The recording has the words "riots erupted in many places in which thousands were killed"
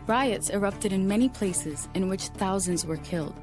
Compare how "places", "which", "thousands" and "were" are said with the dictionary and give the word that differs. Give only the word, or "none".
none